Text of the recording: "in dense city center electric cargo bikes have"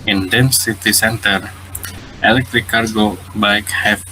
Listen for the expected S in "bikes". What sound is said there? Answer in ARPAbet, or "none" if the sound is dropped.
none